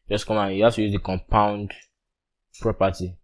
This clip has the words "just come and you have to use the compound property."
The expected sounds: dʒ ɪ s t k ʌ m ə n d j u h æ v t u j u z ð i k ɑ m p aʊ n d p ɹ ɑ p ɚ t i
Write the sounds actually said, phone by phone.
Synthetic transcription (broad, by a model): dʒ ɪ s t k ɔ m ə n j u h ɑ f t u j u z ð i k ɑ m p aʊ n d p ɹ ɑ p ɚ t i